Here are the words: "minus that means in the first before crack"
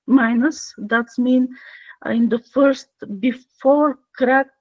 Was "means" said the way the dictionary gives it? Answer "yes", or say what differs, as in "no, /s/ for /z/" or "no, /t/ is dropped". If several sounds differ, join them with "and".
no, /z/ is dropped